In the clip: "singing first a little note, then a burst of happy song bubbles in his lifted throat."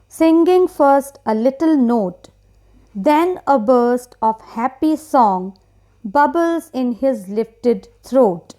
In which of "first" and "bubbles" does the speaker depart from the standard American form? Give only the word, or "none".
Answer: none